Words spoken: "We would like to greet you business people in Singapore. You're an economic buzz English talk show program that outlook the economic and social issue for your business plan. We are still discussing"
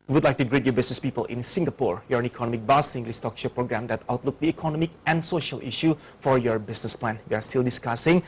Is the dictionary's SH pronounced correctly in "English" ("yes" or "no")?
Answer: no